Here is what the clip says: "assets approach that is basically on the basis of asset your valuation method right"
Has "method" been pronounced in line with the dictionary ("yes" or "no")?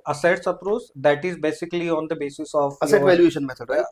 no